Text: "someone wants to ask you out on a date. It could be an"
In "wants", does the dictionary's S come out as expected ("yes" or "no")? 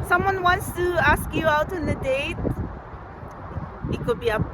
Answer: yes